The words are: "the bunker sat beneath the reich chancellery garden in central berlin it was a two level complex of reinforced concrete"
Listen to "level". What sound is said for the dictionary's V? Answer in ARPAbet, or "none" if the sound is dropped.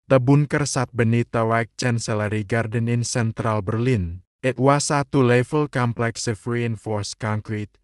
F